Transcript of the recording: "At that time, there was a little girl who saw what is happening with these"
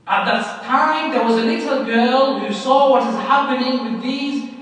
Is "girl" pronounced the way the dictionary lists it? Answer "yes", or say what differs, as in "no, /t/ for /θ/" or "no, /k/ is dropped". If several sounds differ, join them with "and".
yes